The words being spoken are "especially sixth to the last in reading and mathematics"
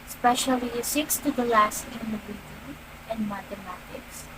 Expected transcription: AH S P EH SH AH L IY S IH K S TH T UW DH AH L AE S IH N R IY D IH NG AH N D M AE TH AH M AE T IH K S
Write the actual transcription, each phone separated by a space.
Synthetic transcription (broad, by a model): S P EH SH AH L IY S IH K S T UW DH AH L AE S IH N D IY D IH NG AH N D M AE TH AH M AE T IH K S